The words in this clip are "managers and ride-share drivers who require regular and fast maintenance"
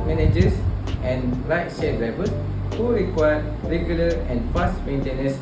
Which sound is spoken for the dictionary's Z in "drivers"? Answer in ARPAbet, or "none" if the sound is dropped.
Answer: S